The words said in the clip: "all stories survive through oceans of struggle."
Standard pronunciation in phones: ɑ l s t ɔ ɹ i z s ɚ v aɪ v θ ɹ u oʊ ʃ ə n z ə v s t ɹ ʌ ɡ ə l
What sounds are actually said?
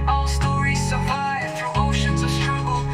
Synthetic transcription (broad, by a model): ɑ l s t ɔ ɹ i z s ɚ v aɪ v f ɹ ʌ oʊ ʃ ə n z ə v s t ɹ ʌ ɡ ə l